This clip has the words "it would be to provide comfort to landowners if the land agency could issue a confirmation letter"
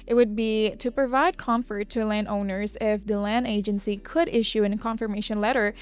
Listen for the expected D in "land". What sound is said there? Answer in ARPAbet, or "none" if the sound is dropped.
D